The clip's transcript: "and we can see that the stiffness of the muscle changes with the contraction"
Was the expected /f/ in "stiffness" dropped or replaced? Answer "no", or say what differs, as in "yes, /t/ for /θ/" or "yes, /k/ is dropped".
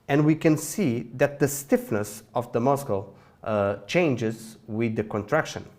no